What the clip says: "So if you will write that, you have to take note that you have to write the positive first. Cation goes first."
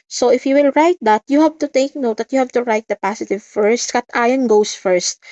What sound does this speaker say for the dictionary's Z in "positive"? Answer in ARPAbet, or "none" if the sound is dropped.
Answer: S